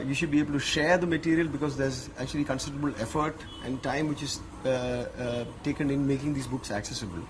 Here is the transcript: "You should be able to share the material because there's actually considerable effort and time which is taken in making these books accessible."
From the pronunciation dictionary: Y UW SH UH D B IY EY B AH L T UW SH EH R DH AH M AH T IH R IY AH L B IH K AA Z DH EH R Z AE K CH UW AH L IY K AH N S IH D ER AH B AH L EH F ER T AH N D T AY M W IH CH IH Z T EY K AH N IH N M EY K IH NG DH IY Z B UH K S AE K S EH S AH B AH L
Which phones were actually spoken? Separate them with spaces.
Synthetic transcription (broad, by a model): Y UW SH UH D B IY EY B AH L T UW SH EH R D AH M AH T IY R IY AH L B IH K AA Z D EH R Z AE K CH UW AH L IY K AH N S IH D ER AH B AH L EH F ER T AH N D T AY M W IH CH IH Z T EY K AH N IH N M EY K IH NG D IY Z B UH K S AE K S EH S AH B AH L